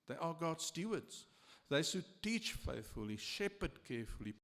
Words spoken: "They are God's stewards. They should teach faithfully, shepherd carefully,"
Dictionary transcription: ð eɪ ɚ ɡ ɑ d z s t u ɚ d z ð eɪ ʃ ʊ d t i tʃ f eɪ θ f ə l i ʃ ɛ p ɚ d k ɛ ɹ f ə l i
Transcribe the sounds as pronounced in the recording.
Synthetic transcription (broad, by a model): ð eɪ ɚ ɡ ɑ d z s t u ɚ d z ð eɪ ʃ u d t i tʃ f eɪ θ f ə l i ʃ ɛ p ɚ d k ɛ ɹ f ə l i